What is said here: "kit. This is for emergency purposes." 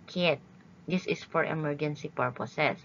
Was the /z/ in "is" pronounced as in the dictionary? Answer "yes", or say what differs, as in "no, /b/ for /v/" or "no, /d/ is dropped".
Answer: no, /s/ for /z/